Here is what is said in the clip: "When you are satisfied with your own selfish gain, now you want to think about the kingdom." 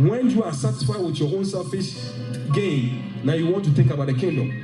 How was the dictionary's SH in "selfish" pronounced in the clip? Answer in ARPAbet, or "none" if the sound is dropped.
S